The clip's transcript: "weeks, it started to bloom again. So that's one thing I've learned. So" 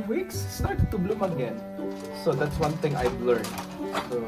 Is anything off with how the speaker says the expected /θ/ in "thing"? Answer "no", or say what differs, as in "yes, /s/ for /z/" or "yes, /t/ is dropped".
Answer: yes, /t/ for /θ/